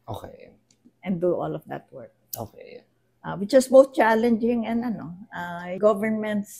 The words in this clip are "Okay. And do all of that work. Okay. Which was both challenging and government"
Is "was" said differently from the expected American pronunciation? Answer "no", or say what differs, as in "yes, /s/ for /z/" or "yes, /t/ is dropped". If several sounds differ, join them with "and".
yes, /s/ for /z/